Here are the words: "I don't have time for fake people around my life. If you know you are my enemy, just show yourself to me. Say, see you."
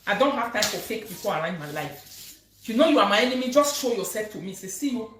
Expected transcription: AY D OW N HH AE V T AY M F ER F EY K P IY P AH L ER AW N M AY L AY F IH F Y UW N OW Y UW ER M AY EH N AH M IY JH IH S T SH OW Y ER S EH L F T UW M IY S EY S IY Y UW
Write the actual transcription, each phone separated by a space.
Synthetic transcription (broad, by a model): AY D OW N HH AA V T AY M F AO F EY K P IY P AH L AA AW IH M AY L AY IH F Y UW N OW Y UW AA M AY EH N AH M IY JH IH S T SH OW Y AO S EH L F T UW M IY S EY S IY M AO